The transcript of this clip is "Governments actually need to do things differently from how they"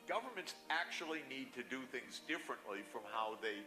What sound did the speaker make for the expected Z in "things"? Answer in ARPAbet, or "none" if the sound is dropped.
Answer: Z